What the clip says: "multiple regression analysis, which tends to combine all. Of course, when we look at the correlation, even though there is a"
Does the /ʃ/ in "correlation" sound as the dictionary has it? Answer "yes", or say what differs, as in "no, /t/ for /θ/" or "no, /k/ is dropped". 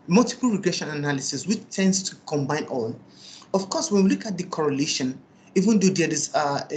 yes